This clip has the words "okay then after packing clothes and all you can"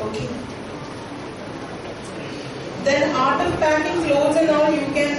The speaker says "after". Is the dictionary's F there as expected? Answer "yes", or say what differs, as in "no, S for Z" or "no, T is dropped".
no, F is dropped